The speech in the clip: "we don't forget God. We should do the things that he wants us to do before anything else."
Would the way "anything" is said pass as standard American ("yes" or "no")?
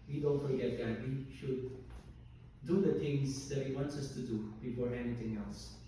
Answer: no